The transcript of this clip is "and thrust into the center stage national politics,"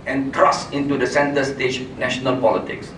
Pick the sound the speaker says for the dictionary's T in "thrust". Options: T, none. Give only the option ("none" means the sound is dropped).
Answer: none